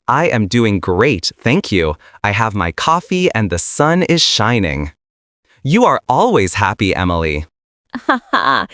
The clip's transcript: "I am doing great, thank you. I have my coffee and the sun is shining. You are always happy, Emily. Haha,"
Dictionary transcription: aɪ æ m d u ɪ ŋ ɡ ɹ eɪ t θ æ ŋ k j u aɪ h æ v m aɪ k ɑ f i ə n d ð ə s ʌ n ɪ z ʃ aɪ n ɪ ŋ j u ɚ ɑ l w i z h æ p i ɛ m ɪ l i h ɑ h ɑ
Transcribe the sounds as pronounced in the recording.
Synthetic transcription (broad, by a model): aɪ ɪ m d u ɪ ŋ ɡ ɹ eɪ t θ æ ŋ k j u aɪ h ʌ v m aɪ k ɑ f i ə n ð ə s ʌ n ɪ z ʃ aɪ n ɪ ŋ j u ɚ ɑ l w i z h æ p i ɛ m ɪ l i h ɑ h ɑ